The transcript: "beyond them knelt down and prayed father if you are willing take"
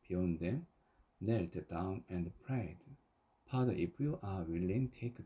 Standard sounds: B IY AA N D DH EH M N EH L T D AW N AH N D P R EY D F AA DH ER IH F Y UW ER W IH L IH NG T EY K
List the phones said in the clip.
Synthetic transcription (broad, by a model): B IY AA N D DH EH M N EH L T D AW N AH N D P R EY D P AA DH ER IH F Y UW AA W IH L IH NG T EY K